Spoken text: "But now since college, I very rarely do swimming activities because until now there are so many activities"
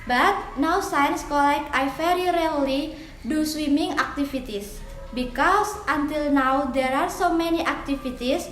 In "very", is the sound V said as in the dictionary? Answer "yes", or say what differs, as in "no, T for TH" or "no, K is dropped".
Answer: no, F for V